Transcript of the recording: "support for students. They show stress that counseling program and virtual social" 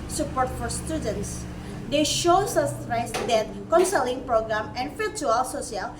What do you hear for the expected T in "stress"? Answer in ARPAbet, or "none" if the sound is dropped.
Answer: S